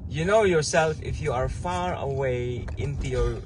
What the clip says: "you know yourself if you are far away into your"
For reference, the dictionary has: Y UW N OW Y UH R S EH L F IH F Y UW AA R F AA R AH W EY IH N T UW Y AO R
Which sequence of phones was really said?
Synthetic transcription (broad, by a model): Y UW N OW Y UH R S EH L F IH F Y UW AA R F AA R AH W EY IH N T UW Y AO R